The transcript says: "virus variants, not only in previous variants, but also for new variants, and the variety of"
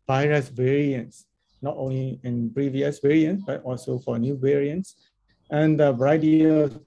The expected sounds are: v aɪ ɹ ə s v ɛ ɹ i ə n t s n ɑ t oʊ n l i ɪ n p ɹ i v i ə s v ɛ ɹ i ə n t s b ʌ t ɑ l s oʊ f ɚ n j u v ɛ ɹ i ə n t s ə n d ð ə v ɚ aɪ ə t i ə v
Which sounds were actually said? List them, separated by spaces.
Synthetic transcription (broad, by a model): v aɪ ɹ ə s v ɛ ɹ i ə n t s n ɑ t oʊ n l i ɪ n p ɹ i v i ə s v ɛ ɹ i ə n t s b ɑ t ɑ l s oʊ f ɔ n j u v ɛ ɹ i ə n t s ə n d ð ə b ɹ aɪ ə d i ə